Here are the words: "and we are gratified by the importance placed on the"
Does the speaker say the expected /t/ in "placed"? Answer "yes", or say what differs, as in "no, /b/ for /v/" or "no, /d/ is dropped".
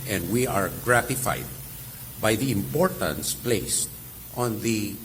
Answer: yes